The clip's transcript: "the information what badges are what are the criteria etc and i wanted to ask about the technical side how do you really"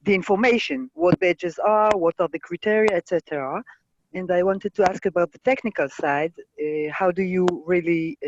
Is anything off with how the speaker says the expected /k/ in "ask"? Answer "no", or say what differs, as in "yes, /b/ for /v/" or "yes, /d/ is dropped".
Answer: no